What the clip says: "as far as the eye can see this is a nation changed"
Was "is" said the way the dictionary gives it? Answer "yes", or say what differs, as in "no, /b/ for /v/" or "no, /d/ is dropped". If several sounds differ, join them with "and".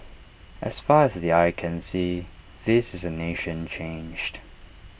yes